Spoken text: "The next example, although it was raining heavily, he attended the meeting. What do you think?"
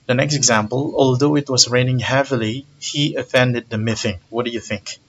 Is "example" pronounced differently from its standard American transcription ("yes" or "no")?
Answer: no